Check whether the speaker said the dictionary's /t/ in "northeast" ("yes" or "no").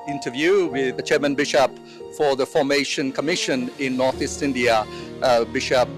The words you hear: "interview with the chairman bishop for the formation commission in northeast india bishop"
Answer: yes